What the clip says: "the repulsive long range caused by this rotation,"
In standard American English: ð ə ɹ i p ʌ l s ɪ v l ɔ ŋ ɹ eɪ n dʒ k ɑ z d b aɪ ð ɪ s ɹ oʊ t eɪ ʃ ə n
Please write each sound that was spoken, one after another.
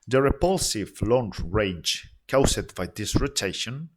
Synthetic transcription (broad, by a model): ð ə ɹ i p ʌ l s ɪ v l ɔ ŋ ɹ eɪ dʒ k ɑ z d b aɪ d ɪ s ɹ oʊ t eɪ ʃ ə n